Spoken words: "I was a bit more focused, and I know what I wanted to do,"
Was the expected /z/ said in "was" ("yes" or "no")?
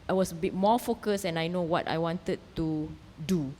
no